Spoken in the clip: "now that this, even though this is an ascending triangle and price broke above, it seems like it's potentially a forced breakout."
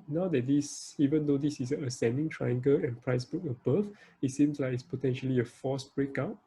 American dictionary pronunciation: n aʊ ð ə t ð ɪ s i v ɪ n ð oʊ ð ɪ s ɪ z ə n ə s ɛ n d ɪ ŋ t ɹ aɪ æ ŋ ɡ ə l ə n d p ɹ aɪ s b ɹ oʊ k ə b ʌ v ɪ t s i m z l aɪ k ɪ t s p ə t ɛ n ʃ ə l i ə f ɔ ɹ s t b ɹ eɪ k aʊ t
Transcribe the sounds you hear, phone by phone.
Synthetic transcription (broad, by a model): n aʊ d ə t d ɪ s i v ɪ n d oʊ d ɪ s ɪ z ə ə s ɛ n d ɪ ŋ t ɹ aɪ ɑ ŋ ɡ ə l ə n p ɹ aɪ s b u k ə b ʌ f ɪ t s i m s l aɪ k ɪ t s p ə t ɛ n ʃ ə l i ə f ɔ s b ɹ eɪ k aʊ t